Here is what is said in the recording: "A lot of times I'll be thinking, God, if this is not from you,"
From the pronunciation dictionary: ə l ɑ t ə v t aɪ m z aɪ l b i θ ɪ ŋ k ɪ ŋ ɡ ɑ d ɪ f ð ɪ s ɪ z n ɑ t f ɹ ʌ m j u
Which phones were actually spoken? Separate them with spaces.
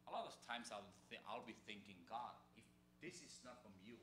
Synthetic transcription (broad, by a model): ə l ɑ t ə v t aɪ m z aɪ l b i θ ɪ ŋ k ɪ ŋ ɡ ɑ d ɪ f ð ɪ s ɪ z n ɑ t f ɹ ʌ m j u